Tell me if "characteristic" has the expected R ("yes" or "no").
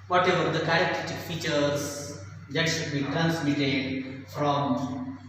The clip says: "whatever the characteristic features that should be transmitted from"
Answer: no